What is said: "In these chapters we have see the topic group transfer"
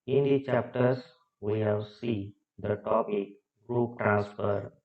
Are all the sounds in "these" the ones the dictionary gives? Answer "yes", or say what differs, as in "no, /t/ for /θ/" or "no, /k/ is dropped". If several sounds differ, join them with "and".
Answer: no, /z/ is dropped